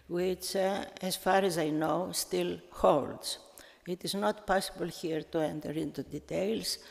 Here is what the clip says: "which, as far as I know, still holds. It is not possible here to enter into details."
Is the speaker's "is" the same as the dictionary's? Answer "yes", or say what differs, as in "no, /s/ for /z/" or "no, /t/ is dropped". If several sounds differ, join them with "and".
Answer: yes